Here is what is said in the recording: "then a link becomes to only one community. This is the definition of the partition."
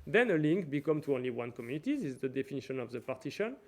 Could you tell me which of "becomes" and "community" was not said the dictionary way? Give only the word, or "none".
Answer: becomes